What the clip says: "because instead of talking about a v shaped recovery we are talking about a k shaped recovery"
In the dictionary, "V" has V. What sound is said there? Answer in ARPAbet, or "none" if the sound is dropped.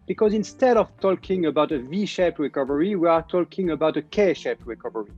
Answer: V